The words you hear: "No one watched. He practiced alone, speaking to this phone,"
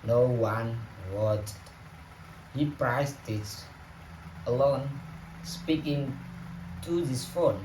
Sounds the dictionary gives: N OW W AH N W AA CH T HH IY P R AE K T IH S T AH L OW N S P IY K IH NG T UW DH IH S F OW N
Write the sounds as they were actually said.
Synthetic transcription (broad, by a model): N OW W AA N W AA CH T HH IY P R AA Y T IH T AH L OW N S P IY K IH NG T UW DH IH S F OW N